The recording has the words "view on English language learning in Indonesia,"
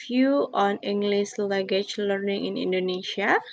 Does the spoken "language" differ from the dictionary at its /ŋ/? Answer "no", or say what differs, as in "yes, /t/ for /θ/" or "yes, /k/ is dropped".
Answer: yes, /ŋ/ is dropped